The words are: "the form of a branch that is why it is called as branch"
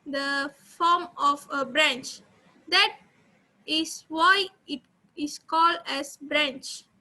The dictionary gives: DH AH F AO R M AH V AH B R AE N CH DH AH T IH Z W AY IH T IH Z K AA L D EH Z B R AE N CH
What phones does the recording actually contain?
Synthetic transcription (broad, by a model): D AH F AO M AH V AH B R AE N CH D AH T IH S W AY IH T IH S K AA L D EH S B R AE N CH